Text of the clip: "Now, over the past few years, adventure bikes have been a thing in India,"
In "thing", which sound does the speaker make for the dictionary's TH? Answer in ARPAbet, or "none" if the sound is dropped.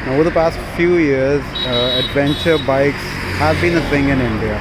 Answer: S